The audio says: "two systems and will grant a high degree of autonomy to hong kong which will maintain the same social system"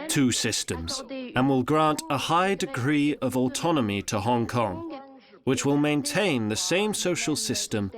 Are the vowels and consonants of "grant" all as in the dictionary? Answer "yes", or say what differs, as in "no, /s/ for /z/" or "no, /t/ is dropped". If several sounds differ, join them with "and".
yes